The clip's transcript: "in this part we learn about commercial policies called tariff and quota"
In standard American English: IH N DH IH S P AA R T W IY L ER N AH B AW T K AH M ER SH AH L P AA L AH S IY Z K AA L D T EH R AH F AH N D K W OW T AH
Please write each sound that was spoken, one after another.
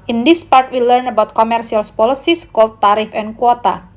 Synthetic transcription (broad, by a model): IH N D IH S P AA R T W IY L ER N AH B AW T K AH M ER S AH L P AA L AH S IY S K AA L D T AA R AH F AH N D K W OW T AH